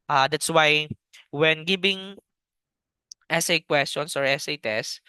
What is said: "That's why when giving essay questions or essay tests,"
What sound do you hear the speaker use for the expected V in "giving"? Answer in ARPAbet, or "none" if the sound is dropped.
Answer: B